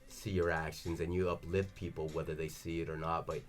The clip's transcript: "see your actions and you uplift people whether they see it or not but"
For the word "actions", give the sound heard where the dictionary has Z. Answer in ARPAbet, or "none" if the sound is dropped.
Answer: Z